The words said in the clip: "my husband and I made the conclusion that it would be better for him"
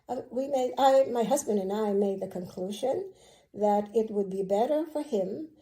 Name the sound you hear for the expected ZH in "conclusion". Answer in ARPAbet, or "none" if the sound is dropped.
ZH